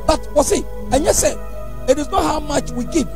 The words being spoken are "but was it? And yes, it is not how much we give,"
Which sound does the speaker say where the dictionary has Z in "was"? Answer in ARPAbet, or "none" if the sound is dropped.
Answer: S